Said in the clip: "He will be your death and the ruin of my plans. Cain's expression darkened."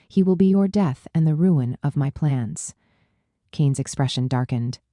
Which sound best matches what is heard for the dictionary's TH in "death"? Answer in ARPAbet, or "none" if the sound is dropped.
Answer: TH